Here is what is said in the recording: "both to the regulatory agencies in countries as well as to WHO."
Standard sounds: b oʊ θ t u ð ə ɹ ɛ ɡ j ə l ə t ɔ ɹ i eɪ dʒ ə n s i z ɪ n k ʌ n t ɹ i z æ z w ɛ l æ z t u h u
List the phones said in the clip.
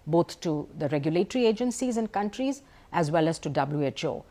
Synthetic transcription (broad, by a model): b oʊ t t u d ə ɹ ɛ ɡ j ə l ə t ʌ ɹ i eɪ dʒ ə n s i z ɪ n k ʌ n t ɹ i z æ z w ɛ l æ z t u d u